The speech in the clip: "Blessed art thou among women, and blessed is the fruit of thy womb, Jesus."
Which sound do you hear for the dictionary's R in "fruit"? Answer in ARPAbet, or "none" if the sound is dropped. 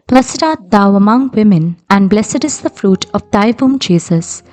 R